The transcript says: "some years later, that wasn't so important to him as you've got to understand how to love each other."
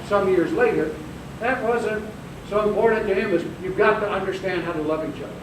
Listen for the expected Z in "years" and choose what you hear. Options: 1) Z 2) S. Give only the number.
1